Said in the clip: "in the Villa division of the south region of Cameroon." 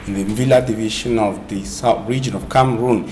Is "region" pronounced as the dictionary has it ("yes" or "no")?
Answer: yes